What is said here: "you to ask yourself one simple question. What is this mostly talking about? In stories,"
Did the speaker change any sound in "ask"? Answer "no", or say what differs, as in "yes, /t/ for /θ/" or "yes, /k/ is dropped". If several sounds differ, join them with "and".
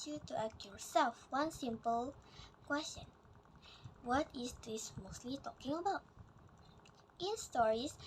yes, /s/ is dropped